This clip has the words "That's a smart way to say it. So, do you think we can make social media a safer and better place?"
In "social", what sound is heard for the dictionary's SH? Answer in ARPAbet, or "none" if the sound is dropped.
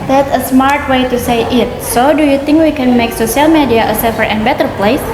S